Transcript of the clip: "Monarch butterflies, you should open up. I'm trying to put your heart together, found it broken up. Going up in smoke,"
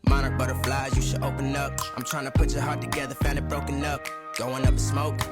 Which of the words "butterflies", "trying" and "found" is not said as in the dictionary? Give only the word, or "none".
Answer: found